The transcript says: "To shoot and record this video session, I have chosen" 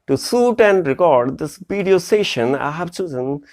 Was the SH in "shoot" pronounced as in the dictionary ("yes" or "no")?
no